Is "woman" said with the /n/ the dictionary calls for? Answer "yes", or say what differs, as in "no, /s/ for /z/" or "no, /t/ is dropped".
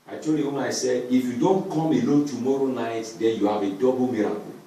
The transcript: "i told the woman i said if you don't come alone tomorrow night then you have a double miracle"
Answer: no, /n/ is dropped